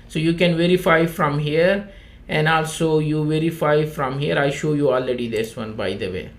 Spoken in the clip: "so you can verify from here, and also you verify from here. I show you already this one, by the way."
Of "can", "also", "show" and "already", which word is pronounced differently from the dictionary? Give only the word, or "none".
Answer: none